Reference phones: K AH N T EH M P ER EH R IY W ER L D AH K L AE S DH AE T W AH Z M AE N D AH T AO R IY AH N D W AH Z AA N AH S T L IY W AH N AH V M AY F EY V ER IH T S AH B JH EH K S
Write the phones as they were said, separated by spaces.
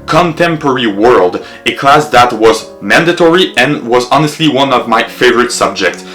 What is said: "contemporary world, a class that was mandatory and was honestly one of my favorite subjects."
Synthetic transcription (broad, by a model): K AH N T EH M P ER R IY W ER L D AH K L AE S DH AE T W AH Z M AE N D AH T AO R IY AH N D W AH Z AA N AH S T L IY W AH N AH V M AY F EY V ER IH T S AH B JH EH K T